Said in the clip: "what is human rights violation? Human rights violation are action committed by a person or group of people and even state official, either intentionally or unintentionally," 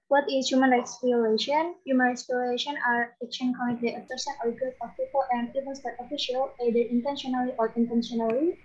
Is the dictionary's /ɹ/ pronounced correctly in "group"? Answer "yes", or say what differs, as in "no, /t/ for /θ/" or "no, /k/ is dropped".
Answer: no, /ɹ/ is dropped